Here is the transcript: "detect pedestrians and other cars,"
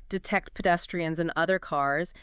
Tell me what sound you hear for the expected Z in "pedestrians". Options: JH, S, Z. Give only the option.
Z